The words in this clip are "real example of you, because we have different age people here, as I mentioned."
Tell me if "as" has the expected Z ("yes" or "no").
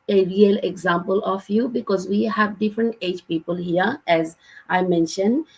yes